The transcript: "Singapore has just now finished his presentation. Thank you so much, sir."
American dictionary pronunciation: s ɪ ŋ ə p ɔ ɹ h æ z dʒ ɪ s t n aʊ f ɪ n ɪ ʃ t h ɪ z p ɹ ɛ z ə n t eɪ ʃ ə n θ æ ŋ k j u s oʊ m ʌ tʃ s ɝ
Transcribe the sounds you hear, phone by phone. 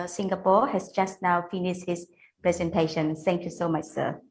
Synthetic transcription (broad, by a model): s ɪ ŋ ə p ɔ h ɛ s dʒ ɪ s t n aʊ f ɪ n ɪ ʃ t h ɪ s p ɹ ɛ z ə n t eɪ ʃ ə n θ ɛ ŋ k j u s oʊ m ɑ tʃ s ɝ